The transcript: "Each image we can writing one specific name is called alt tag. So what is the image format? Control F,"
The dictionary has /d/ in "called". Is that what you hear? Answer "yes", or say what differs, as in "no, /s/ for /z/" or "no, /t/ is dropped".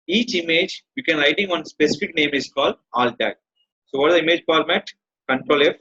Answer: yes